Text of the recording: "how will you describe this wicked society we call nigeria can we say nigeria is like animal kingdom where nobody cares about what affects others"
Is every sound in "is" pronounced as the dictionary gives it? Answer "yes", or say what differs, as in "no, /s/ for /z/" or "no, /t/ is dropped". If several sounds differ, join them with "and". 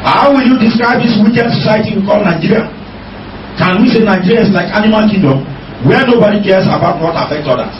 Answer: no, /s/ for /z/